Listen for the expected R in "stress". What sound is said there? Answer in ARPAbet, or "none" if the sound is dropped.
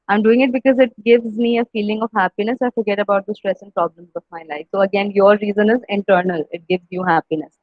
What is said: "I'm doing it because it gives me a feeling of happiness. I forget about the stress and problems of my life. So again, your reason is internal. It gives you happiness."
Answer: R